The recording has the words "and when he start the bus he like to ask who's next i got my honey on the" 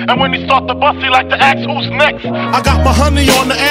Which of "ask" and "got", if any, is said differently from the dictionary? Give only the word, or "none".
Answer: ask